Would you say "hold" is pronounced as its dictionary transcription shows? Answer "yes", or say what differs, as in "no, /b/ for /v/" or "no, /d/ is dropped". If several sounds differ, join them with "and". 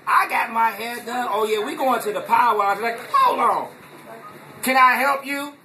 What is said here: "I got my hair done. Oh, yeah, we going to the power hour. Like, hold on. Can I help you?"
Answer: no, /d/ is dropped